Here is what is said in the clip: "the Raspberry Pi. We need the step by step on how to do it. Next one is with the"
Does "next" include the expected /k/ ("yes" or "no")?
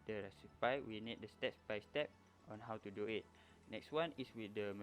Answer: yes